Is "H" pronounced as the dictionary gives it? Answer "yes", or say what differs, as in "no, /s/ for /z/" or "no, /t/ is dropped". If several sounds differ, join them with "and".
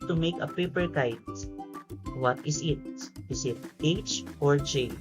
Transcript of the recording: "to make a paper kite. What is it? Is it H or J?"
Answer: yes